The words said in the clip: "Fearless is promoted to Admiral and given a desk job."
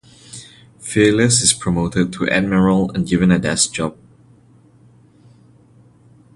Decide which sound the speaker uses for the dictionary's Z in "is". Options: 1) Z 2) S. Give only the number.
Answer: 2